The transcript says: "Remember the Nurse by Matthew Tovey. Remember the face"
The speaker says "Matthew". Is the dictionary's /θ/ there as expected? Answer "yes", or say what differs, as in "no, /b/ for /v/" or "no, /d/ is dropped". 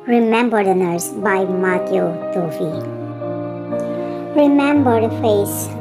no, /t/ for /θ/